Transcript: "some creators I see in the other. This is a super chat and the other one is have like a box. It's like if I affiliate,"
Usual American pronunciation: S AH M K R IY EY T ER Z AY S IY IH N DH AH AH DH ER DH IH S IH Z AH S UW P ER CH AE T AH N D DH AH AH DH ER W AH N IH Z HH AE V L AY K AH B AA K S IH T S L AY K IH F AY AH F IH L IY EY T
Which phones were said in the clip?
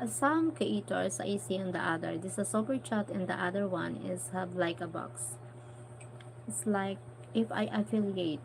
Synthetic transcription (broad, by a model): S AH M K IY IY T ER S AY S IY IH N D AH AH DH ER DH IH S AH S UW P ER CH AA T AH N D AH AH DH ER W AH N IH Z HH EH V L AY K AH B AA K S IH T S L AY K IH F AY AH F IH L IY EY T